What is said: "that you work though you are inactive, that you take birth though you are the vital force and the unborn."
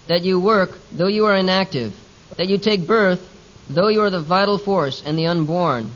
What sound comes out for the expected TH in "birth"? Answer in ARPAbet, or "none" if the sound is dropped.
TH